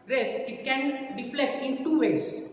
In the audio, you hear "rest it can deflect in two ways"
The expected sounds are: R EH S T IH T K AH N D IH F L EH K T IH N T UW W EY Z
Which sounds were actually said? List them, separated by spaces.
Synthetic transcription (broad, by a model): R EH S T IH T K AH N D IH F L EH T IH N T UW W EY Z